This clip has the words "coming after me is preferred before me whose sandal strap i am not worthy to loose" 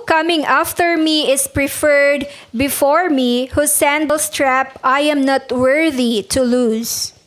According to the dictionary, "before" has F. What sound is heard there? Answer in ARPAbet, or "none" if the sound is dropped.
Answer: F